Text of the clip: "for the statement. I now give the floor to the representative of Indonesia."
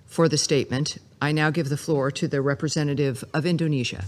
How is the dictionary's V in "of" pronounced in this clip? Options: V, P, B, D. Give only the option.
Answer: V